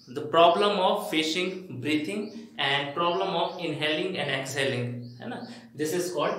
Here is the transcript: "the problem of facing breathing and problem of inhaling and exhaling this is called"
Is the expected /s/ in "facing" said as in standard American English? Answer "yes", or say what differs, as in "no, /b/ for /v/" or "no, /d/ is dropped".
no, /ʃ/ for /s/